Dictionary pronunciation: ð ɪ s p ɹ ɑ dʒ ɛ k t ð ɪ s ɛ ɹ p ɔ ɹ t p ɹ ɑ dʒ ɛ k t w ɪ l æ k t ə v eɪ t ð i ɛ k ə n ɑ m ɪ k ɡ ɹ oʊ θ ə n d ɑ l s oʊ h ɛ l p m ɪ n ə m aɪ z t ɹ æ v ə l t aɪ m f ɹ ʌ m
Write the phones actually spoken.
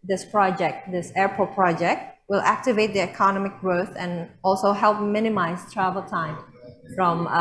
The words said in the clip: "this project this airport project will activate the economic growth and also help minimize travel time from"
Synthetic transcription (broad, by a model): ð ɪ s p ɹ ɑ dʒ ɛ k t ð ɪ s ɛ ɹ p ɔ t p ɹ ɑ dʒ ɛ k t w ɪ l æ k t ə v eɪ t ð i ɛ k ə n ɑ m ɪ k ɡ ɹ oʊ θ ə n ɑ l s oʊ h ɛ l p m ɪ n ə m aɪ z t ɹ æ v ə l t aɪ m f ɹ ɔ m